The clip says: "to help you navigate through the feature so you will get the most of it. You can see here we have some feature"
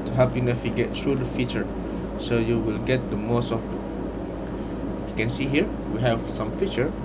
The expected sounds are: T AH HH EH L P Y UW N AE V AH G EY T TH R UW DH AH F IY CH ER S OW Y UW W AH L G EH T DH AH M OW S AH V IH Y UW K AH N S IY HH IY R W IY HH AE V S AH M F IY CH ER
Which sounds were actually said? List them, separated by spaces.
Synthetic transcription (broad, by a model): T HH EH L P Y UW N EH F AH G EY T T R UW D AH F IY CH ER S OW Y UW W AH L G EH T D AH M OW S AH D IH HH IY K AH N S IY HH IY R W IY HH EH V S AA M F IY CH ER